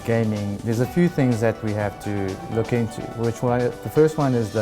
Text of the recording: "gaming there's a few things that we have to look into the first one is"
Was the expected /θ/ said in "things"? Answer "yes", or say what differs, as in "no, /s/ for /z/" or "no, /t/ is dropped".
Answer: yes